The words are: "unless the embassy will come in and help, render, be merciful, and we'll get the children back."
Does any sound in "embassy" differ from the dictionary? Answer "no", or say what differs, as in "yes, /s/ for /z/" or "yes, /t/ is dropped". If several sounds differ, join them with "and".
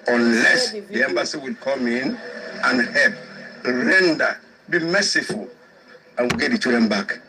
no